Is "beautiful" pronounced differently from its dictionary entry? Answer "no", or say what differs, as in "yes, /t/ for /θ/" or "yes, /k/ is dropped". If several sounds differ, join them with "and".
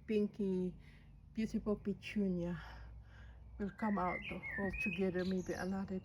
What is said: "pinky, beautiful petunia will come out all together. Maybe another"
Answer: yes, /s/ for /t/ and /p/ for /f/